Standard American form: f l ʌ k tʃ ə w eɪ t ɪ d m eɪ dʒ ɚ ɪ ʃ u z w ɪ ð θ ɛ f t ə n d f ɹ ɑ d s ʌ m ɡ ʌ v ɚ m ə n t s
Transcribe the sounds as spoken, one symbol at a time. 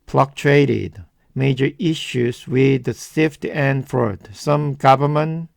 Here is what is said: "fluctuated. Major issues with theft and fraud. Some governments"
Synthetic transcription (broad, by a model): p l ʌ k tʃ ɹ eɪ t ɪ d m eɪ dʒ ɚ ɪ ʃ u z w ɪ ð s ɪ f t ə n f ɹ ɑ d s ʌ m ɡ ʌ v ɚ m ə n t